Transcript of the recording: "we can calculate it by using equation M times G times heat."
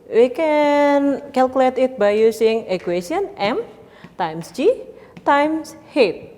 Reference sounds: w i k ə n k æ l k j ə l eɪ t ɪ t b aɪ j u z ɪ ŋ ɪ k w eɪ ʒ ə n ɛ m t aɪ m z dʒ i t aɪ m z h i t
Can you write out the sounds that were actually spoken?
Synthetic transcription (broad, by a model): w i k ə n k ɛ l k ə l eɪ t ɪ t b aɪ j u s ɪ ŋ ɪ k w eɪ s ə n ɛ m t aɪ m s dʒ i t aɪ m s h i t